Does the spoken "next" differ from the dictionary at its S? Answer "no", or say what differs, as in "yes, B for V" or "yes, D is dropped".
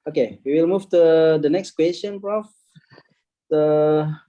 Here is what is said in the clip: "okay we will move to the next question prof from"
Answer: no